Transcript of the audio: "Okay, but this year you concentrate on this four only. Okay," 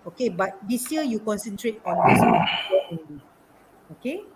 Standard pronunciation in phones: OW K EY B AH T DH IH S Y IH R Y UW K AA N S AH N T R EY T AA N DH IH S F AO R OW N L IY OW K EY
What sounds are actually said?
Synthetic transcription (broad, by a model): OW K EY B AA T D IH S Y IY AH Y UW K AA N S AH N T R EY T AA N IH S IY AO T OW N IY OW K EY